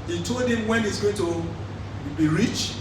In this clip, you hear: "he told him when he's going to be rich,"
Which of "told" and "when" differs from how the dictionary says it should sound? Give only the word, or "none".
none